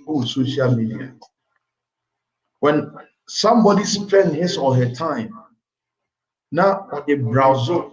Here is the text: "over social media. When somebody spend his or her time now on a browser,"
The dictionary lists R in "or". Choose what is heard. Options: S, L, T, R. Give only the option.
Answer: L